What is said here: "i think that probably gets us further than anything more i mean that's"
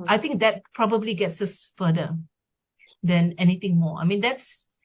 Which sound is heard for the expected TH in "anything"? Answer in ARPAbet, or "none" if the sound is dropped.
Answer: T